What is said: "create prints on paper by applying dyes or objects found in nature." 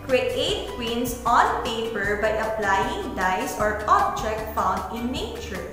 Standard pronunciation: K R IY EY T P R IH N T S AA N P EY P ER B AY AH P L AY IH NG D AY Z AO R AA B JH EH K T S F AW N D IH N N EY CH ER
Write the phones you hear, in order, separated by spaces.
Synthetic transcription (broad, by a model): K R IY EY T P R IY N S AA N P EY P ER B AY AH P L AY IH NG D AY S AO R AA B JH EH K T F AW N D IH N N EY CH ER